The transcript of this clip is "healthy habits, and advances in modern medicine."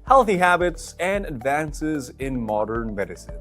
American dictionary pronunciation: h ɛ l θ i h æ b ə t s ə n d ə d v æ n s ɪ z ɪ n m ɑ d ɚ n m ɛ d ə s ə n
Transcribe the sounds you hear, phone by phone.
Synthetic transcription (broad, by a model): h ɛ l θ i h æ b ə t s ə n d ə d v æ n s ɪ z ɪ n m ɑ d ɚ n m ɛ d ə s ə n